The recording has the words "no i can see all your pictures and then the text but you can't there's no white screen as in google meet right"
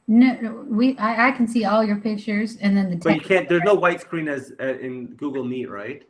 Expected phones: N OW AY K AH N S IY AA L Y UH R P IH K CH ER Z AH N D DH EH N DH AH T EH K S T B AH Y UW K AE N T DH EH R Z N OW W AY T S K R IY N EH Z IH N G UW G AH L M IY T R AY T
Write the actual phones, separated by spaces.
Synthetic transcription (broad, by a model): N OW AY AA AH N S IY AA L Y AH R P IH K CH ER Z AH N DH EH N DH AH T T B AH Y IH K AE N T DH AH R Z N OW W AY T S K R IY N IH Z IH N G UW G L M IY T R AY T